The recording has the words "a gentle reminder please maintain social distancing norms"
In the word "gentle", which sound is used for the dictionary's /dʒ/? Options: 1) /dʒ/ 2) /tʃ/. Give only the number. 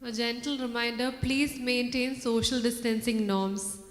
1